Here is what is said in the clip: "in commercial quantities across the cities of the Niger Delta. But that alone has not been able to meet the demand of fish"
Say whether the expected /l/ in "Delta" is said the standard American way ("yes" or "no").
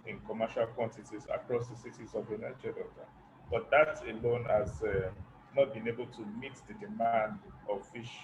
no